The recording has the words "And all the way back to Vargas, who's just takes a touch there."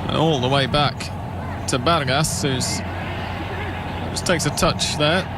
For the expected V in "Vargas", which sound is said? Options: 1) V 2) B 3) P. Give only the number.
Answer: 2